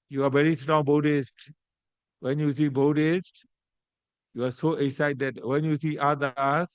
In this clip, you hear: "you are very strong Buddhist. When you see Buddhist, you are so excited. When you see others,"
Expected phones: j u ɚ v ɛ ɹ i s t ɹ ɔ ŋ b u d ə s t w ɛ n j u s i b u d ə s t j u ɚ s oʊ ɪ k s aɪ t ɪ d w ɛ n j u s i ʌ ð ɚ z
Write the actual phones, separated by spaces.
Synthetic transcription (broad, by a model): j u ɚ v ɛ ɹ i s t ɹ ɔ ŋ b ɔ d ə s t w ɛ n j u s i b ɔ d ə s t j u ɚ s oʊ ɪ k s aɪ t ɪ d w ɛ n j u s i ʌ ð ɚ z